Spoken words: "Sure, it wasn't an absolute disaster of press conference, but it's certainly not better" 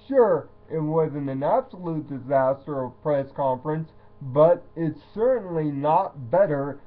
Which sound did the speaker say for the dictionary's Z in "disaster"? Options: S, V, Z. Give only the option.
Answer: Z